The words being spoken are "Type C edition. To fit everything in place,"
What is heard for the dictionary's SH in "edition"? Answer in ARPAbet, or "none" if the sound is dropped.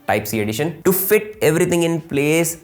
SH